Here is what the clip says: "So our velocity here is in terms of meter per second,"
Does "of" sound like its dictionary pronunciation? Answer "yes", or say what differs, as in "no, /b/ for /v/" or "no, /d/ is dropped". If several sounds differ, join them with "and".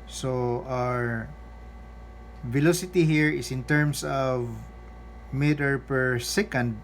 yes